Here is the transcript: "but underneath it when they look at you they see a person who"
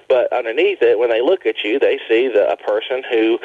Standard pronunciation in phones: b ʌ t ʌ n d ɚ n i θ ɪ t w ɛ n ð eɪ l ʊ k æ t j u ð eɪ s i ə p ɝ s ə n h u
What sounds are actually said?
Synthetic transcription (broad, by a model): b ʌ t ʌ n d ɚ n i θ ɪ t w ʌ n ð eɪ l ʊ k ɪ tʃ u ð eɪ s i ə p ɝ s ə n h u